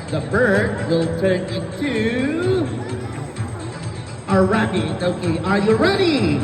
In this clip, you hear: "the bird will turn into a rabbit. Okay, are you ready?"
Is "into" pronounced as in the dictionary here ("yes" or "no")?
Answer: no